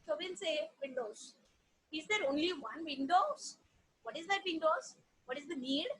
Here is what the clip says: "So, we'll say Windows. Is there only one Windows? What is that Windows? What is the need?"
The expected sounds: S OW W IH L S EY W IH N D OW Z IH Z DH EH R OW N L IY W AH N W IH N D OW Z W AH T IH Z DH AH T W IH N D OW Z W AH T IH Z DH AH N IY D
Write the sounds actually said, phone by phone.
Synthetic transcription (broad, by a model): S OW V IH N S EY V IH N D OW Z IH Z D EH R OW N L IY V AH N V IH N D OW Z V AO T IH Z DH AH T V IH N D OW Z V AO T IH Z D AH N IY D